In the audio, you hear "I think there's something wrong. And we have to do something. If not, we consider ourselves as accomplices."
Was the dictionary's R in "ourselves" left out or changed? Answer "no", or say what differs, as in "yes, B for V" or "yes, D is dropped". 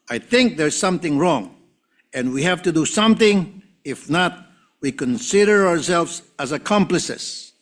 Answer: no